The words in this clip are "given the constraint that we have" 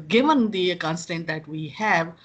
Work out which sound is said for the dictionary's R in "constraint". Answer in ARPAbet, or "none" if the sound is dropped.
none